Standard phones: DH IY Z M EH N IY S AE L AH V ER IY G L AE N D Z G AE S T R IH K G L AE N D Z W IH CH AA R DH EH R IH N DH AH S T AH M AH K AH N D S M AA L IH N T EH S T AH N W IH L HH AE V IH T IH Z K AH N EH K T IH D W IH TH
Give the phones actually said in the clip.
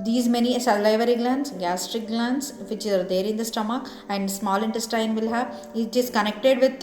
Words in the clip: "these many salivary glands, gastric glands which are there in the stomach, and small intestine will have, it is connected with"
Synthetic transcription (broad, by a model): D IY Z M EH N IY S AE L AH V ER IY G L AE N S G AE S T R IH K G L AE N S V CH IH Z AA R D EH R IH N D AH S T AH M AH K AH N D S M AA L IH N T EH S T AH N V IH L HH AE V IH T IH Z K AH N EH K T IH D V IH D